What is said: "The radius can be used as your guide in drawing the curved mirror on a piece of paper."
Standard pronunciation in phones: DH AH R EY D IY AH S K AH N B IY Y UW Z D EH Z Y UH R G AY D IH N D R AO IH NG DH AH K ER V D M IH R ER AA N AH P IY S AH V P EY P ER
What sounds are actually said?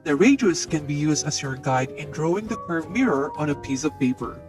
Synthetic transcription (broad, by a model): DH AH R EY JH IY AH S K AH N B IY Y UW Z D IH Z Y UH R G AY D IH N D R AO IH NG DH AH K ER V M IH R ER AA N AH P IY S AH V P EY P ER